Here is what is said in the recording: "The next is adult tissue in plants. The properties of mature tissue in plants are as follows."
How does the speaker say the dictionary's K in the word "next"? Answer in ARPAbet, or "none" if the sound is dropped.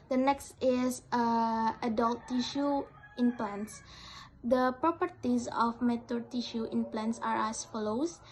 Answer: K